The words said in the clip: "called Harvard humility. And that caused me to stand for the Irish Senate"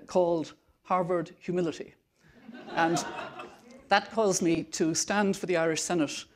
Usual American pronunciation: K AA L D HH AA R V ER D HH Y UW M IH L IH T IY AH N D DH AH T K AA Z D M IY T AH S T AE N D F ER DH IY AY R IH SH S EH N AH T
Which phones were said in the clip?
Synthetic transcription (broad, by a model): K AA L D HH AA R V ER D HH Y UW M IH L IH T IY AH N DH AH T K AA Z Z M IY T AH S T AE N D F ER DH IY AY R IH SH S EH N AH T